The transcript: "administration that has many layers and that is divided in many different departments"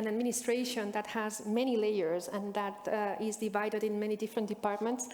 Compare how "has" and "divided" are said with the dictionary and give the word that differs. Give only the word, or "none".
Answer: none